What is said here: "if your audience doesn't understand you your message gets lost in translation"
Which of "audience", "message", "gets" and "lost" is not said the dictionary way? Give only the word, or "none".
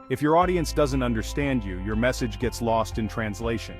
none